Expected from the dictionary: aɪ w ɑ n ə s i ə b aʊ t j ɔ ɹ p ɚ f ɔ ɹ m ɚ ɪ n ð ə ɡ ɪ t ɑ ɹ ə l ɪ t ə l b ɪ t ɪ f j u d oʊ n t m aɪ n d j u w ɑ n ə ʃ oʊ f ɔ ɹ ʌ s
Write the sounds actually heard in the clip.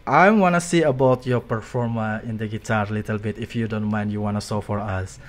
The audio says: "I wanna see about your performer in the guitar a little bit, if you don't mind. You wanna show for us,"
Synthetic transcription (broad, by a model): aɪ w ɑ n ə s i ə b aʊ t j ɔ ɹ p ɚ f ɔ ɹ m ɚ ɪ n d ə ɡ ɪ t ɑ ɹ l ɪ t ə l b ɪ t ɪ f j u d oʊ n t m aɪ n d j u w ɑ n ə s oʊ f ɔ ɹ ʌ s